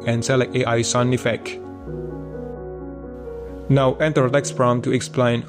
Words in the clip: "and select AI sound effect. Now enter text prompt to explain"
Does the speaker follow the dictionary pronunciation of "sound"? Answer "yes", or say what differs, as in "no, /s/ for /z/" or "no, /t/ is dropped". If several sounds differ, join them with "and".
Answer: no, /d/ is dropped